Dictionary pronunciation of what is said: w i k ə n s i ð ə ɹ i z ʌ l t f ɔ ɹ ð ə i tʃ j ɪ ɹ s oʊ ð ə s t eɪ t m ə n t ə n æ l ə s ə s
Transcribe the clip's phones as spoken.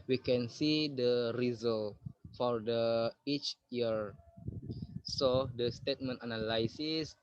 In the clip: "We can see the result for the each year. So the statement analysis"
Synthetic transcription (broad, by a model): w i k ə n s i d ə ɹ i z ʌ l f ɔ ɹ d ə i tʃ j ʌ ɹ s oʊ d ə s t eɪ t m ə n t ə n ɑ l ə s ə s